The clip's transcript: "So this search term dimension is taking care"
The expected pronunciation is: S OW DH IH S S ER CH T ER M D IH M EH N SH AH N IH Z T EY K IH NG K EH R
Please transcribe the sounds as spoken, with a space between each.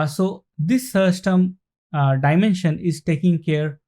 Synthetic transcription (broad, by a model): S OW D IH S S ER S T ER M D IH M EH N SH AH N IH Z T EY K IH NG K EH R